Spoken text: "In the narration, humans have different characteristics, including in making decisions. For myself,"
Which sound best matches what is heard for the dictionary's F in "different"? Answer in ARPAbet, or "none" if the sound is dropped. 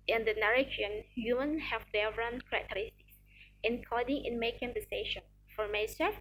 none